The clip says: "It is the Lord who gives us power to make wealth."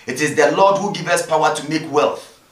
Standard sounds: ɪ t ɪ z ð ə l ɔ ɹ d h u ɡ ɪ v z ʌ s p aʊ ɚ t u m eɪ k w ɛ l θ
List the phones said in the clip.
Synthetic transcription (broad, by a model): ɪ t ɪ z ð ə l ɔ d h u ɡ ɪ v ʌ s p aʊ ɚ t u m eɪ k w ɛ l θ